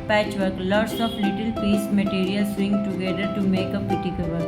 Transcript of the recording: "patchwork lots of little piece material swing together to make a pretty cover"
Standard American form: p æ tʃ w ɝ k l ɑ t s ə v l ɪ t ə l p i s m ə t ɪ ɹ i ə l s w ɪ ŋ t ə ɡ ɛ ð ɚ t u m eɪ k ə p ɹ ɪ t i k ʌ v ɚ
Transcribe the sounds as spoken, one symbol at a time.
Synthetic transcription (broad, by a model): p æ tʃ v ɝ k l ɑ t s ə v l ɪ t ə l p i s m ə t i ɹ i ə l s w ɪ ŋ t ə ɡ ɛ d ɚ t u m eɪ k ə p ʌ t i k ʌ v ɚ